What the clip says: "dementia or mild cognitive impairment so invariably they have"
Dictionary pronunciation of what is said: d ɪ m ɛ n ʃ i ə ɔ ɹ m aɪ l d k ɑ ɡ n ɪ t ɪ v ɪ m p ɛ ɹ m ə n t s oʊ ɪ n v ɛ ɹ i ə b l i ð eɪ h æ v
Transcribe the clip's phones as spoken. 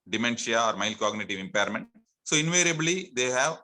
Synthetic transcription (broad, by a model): d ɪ m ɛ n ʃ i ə ɔ ɹ m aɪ l k ɑ ɡ n ɪ t ɪ v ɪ m p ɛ ɹ m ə n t s oʊ ɪ n v ɛ ɹ i ə b l i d eɪ h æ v